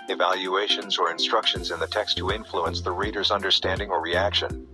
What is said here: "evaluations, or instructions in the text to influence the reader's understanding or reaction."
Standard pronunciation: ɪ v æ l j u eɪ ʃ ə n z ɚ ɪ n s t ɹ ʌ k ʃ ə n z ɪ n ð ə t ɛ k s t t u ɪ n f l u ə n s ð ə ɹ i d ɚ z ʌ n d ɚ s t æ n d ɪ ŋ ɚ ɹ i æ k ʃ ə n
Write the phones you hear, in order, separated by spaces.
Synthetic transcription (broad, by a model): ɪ v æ l j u eɪ ʃ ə n z ɚ ɪ n s t ɹ ʌ k ʃ ə n z ɪ n ð ə t ɛ k s t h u ɪ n f l u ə n s ð ə ɹ i d ɚ z ʌ n d ɚ s t æ n d ɪ ŋ ɚ ɹ i æ k ʃ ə n